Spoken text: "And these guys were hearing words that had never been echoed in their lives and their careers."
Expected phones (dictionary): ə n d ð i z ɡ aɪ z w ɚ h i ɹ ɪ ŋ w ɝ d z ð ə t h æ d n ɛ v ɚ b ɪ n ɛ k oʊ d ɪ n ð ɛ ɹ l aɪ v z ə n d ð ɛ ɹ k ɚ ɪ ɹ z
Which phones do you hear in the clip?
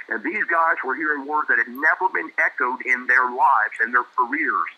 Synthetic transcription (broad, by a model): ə n ð i z ɡ aɪ z w ɚ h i ɹ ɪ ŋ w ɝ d ð ə t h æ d n ɛ v ɚ b ɪ n ɛ k oʊ d ɪ n ð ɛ ɹ l aɪ v z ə n ð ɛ ɹ k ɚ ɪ ɹ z